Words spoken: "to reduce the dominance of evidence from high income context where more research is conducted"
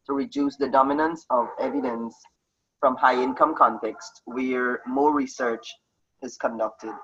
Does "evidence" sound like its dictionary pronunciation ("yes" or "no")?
yes